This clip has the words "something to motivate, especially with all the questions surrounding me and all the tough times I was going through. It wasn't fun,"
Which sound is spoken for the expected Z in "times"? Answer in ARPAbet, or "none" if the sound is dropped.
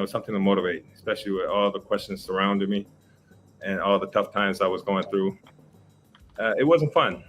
Z